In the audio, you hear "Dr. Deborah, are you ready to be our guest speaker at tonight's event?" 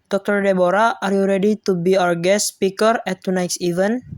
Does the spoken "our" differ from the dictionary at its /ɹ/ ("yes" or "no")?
yes